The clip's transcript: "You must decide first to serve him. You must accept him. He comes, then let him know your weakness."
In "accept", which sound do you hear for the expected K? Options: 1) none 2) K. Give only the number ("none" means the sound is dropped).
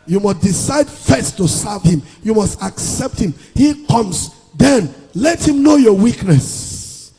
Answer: 2